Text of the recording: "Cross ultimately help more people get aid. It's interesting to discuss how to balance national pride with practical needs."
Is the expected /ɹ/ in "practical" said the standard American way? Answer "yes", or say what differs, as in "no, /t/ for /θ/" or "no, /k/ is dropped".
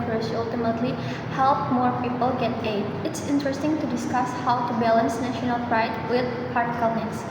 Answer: no, /ɹ/ is dropped